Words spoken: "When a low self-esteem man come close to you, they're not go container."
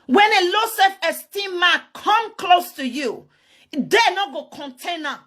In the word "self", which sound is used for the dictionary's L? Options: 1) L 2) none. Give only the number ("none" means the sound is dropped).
2